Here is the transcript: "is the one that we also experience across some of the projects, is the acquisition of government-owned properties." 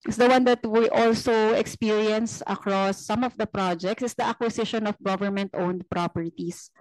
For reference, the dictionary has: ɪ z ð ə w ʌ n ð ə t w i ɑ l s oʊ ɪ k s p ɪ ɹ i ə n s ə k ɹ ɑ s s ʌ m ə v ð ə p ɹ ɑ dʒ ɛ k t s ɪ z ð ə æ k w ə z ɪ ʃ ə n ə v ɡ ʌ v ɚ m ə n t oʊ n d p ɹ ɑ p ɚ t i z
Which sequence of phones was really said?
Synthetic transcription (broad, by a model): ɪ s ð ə w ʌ n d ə t w i ɑ l s oʊ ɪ k s p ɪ ɹ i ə n s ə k ɹ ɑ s s ʌ m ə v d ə p ɹ ɑ dʒ ɛ k t s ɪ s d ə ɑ k w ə s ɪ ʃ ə n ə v ɡ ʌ v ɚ m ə n t oʊ n d p ɹ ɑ p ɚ t i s